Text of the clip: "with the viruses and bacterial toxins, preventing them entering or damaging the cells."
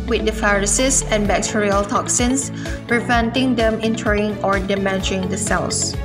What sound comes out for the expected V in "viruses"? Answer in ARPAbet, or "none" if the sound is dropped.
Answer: F